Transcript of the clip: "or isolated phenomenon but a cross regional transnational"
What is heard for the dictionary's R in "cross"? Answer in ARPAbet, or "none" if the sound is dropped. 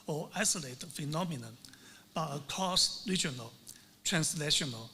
none